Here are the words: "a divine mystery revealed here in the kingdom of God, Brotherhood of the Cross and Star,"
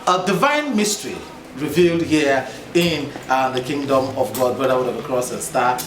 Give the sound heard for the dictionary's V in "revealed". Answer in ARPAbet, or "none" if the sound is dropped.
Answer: V